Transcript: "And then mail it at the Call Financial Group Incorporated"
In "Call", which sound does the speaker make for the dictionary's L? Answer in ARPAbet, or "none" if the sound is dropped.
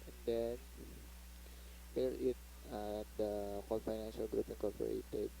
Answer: N